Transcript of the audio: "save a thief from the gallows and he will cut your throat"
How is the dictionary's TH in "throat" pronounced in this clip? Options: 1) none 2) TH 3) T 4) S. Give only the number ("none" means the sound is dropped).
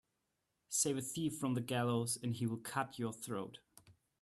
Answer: 2